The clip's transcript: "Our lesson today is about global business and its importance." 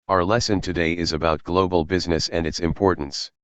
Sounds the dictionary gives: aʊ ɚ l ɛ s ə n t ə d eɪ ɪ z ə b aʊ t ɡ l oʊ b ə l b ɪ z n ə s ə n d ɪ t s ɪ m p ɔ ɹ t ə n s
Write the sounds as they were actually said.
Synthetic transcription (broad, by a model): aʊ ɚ l ɛ s ə n t ə d eɪ ɪ z ə b aʊ t ɡ l oʊ b ə l b ɪ z n ə s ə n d ɪ t s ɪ m p ɔ ɹ t n s